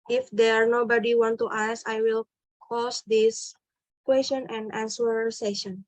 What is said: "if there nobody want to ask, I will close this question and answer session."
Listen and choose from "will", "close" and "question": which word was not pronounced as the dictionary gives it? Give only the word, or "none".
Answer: close